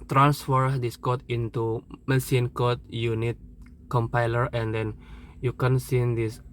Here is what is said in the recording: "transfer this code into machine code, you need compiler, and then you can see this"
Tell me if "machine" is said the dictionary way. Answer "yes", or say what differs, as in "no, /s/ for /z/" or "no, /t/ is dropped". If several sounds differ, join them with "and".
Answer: no, /s/ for /ʃ/